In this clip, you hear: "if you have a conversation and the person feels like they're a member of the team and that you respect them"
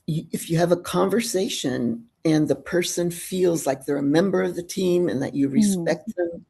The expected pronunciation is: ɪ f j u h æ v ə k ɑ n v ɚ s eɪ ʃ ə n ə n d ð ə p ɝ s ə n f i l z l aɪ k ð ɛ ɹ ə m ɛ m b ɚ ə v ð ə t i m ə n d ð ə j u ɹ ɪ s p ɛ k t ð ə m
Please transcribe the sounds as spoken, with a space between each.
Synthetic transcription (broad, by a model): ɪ f j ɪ v ə k ɑ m v ɚ s eɪ ʃ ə n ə n ð ə p ɝ s ə n f i l z l aɪ k ð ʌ ɹ ə m ɛ m b ɚ ə v ð ə t i m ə n ð ə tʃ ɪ ɹ ɪ s p ɛ k t ð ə m